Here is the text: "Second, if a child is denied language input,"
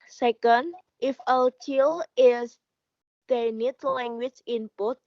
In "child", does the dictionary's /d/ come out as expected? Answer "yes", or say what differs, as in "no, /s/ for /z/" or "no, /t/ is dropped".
no, /d/ is dropped